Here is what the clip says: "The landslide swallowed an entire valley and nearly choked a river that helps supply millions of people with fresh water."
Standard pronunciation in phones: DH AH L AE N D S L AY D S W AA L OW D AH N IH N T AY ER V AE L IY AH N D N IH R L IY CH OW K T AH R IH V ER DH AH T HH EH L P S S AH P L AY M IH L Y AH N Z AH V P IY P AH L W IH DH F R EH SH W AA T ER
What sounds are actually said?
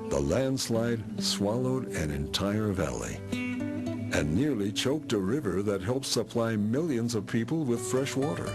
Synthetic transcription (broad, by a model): DH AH L AE N D S L AY D S W AA L OW D AH N IH N T AY ER V AE L IY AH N N IH R L IY CH OW K T AH R IH V ER DH AH T HH EH L P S S AH P L AY M IH L Y AH N Z AH V P IY P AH L W IH DH F R EH SH W AA T ER